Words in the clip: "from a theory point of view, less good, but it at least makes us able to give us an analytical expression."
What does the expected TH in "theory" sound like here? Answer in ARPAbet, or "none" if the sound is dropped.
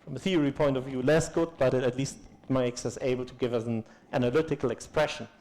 TH